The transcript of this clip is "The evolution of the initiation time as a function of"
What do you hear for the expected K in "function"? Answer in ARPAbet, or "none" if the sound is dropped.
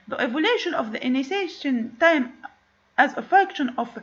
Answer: K